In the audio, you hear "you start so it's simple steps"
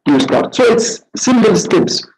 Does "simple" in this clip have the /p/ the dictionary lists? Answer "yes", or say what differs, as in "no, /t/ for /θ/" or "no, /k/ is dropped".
no, /b/ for /p/